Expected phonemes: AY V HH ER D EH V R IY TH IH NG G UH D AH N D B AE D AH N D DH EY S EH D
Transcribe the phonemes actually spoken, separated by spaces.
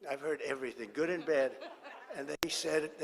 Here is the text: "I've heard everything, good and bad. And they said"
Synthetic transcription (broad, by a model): AY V HH ER D EH V R IY TH IH NG G UH D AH N B AE D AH N DH EY S EH D